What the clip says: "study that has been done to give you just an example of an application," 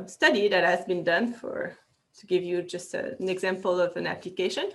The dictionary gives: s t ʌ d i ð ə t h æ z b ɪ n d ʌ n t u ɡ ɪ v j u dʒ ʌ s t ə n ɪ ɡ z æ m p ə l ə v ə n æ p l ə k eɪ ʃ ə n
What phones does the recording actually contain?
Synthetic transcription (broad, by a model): s t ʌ d i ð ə t h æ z b ɪ n d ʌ n t u ɡ ɪ v j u dʒ ʌ s t ə n ɪ ɡ z æ m p ə l ə v ə n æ p l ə k eɪ ʃ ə n